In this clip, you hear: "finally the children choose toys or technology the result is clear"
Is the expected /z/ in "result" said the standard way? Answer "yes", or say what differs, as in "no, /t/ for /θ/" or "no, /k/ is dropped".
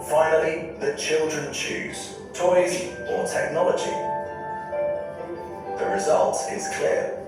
yes